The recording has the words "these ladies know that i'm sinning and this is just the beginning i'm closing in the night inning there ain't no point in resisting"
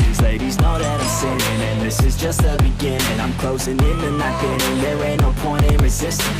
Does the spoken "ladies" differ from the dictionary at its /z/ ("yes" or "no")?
no